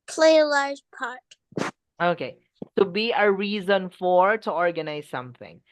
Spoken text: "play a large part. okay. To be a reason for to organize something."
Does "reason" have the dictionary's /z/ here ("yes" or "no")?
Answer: yes